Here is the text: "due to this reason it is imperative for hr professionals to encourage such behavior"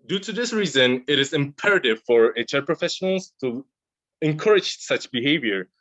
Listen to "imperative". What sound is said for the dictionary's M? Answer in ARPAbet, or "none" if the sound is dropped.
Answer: M